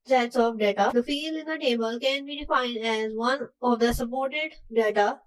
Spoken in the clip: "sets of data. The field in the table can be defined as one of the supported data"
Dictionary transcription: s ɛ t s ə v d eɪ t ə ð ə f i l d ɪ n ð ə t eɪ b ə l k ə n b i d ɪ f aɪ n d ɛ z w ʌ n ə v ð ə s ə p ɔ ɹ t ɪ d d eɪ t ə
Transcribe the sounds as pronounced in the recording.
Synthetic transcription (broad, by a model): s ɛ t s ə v d eɪ t ə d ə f i l ɪ n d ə t eɪ b ə l k ə n b i d ɪ f aɪ n d ɛ z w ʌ n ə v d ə s ə p ɔ ɹ t ɪ d d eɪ t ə